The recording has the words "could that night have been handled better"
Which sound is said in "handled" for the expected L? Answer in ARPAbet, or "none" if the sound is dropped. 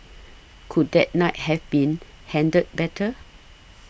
none